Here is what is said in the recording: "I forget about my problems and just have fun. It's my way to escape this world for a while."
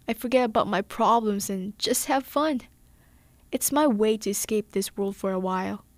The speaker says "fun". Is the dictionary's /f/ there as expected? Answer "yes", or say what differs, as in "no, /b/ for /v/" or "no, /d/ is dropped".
yes